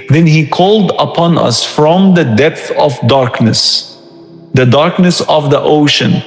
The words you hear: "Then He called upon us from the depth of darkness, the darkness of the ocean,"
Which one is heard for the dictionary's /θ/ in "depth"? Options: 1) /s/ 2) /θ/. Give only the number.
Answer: 2